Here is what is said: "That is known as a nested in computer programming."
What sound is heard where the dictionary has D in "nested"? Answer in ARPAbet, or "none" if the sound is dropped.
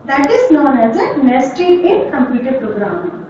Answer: none